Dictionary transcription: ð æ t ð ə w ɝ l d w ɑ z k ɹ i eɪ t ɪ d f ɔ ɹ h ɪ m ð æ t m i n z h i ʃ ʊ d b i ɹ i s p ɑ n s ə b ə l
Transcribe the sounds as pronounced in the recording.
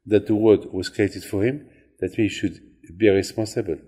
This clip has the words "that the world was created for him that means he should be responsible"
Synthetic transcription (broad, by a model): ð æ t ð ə w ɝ d w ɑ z k ɹ i eɪ t ɪ d f ɔ ɹ h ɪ m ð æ t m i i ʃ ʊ d b i ɹ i s p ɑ n s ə b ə l